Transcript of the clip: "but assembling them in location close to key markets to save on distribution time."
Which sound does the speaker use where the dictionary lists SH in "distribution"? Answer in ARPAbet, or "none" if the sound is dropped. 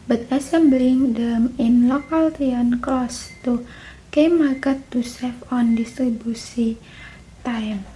S